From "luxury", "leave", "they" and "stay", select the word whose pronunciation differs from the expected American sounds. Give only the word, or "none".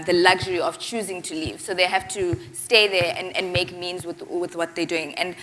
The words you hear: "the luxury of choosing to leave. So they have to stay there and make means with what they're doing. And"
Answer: none